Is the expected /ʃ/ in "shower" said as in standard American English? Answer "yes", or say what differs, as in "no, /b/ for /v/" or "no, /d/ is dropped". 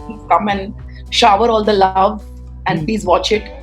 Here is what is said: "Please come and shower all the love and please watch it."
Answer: yes